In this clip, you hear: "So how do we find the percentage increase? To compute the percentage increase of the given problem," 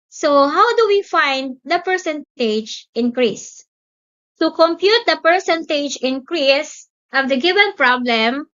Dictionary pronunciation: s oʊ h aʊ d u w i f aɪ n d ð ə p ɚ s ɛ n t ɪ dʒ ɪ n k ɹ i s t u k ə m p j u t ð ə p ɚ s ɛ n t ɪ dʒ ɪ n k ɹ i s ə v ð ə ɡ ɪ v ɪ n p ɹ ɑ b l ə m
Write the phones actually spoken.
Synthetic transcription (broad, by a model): s oʊ h aʊ d u w i f aɪ n d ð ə p ɚ s ɛ n t ɪ dʒ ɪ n k ɹ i s t u k ə m p j u t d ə p ɚ s ɛ n t ɪ dʒ ɪ n k ɹ i s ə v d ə ɡ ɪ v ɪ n p ɹ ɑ b l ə m